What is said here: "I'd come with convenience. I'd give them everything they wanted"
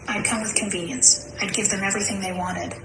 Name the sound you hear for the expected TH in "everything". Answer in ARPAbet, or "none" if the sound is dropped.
TH